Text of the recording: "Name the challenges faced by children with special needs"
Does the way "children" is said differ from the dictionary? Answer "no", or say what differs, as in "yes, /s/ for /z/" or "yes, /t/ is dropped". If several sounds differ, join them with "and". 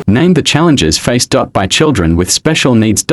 no